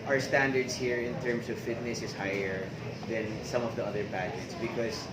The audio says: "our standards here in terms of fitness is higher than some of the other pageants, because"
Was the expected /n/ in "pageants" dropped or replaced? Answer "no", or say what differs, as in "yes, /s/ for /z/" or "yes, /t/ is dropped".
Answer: yes, /n/ is dropped